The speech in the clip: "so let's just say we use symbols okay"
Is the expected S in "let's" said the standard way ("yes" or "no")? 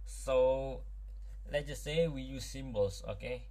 no